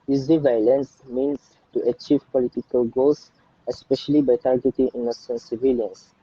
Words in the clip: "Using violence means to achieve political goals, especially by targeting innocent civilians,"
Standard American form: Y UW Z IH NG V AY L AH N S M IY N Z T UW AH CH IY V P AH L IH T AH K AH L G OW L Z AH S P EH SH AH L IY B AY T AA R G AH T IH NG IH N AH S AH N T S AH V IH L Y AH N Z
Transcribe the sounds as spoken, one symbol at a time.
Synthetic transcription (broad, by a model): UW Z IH V AY L AH N S M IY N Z T UW AH CH IY V P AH L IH T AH K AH L G OW L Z AH S P EH SH AH L IY B AY T AA R G AH T IH NG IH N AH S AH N S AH V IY L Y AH N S